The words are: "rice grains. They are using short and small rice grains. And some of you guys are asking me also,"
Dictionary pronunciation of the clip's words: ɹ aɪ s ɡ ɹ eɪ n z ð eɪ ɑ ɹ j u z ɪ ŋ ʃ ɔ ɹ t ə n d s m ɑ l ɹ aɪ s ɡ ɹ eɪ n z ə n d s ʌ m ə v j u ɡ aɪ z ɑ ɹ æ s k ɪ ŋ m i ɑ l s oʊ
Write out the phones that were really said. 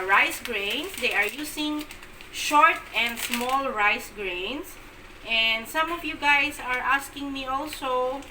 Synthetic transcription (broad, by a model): ɹ aɪ s ɡ ɹ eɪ n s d eɪ ɑ ɹ j u s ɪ ŋ ʃ ɔ ɹ t ə n d s m ɑ l ɹ aɪ s ɡ ɹ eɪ n s ə n d s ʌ m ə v j u ɡ aɪ s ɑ ɹ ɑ s k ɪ ŋ m i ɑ l s oʊ